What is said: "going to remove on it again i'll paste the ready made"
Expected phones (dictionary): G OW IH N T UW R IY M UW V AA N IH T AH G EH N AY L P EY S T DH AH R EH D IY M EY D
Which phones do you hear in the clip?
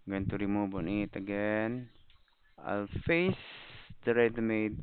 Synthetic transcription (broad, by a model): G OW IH N T UW R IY M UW B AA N IH T AH G EH N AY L F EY S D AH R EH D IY M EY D